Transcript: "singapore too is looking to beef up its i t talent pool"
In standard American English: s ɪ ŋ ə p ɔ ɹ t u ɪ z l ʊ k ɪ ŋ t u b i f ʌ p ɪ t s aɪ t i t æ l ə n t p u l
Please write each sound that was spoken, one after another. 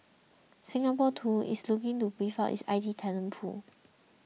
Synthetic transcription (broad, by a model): s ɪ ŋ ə p ɔ t u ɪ s l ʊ k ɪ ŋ t u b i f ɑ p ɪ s aɪ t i t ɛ n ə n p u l